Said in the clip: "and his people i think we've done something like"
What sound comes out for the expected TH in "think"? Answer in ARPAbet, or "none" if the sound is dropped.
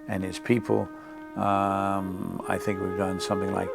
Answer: TH